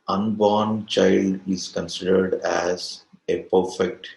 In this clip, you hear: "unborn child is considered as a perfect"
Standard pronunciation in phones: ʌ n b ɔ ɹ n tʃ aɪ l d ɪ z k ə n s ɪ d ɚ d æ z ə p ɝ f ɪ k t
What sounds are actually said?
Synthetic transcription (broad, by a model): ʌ n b ɔ ɹ n tʃ aɪ l d ɪ z k ə n s ɪ d ɚ d æ z ə p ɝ f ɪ k t